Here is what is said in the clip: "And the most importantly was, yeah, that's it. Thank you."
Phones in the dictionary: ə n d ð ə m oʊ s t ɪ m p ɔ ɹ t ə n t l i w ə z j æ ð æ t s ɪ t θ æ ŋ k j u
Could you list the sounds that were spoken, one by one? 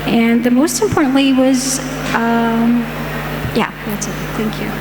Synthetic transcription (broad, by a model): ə n ð ə m oʊ s t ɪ m p ɔ ɹ t n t l i w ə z j æ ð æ t s ɪ t θ æ ŋ k j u